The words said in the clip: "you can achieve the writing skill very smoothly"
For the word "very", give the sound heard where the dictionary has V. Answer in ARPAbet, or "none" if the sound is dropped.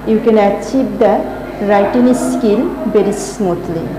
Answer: B